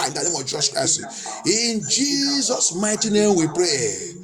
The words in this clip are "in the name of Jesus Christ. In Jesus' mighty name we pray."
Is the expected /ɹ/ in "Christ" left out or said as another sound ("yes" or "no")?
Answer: yes